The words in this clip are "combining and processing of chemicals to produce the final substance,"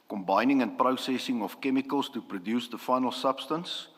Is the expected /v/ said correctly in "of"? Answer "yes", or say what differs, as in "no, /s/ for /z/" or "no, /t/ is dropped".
no, /f/ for /v/